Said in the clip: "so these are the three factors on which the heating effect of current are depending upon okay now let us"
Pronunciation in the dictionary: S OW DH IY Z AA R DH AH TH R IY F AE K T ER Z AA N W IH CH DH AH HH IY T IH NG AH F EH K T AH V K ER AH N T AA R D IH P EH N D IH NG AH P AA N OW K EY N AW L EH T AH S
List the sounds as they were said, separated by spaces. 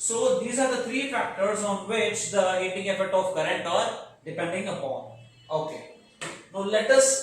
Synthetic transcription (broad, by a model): S OW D IY Z AA R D AH T R IY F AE K T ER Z AA N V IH CH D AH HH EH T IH NG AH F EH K T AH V K ER AH N T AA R D IH P EH N D IH NG AH P AA N OW K EY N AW L EH T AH S